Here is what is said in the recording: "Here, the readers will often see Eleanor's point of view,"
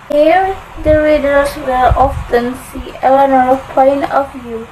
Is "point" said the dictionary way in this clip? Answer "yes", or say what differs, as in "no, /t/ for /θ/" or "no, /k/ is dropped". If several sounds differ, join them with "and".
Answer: no, /t/ is dropped